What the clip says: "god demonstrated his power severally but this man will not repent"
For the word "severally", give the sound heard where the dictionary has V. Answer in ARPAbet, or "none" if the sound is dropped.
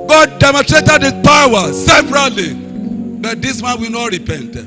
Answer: P